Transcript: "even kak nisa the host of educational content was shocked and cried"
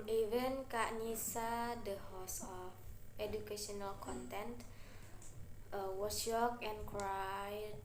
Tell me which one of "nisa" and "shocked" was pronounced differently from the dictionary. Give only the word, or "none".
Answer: shocked